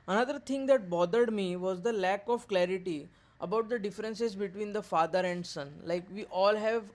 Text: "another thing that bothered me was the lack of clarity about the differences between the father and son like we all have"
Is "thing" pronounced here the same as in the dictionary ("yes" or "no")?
no